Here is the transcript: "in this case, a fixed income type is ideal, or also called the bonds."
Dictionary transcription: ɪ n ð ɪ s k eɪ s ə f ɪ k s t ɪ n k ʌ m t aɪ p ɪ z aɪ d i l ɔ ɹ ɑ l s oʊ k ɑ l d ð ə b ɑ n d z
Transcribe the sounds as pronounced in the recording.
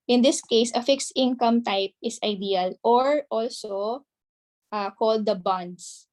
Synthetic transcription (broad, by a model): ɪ n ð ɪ s k eɪ s ə f ɪ k s t ɪ n k ʌ m t aɪ p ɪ s aɪ d i l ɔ ɹ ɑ l s oʊ k ɑ l d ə b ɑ n d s